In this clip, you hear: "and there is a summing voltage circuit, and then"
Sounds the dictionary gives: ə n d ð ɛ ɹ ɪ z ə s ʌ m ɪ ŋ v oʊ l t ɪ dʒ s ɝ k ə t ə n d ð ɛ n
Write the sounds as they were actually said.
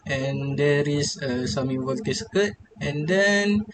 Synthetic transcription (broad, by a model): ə n d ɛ ɹ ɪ s ə s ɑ m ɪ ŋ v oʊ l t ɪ s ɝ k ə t ə n d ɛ n